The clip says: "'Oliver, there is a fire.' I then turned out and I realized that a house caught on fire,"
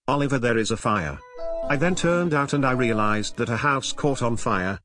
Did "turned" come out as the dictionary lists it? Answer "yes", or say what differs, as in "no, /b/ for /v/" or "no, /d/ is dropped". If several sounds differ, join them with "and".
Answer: yes